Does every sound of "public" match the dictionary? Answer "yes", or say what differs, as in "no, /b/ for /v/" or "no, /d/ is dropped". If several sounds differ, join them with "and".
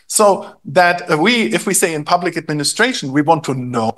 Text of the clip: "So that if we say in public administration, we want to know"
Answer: yes